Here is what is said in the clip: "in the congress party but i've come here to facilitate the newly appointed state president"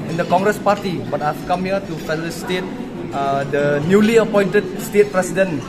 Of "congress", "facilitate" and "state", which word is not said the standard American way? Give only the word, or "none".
facilitate